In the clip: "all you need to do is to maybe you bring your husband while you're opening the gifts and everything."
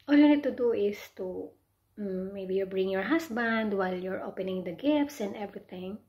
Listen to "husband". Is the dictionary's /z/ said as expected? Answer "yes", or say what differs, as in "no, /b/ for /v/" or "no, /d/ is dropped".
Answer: no, /s/ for /z/